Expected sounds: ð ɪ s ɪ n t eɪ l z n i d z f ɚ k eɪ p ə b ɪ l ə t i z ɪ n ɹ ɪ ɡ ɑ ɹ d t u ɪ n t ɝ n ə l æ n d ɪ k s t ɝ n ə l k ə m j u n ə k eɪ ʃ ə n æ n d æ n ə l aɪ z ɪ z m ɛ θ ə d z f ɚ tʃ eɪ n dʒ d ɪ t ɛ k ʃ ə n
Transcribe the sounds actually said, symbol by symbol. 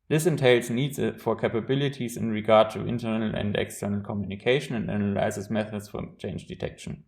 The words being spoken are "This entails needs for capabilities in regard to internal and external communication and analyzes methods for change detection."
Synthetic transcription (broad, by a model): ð ɪ s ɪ n t eɪ l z n i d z f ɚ k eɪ p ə b ɪ l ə t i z ɪ n ɹ ɪ ɡ ɑ ɹ d t u ɪ n t ɝ n ə l æ n d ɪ k s t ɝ n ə l k ə m j u n ə k eɪ ʃ ə n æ n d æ n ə l aɪ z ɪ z m ɛ θ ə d s f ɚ tʃ eɪ n dʒ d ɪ t ɛ k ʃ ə n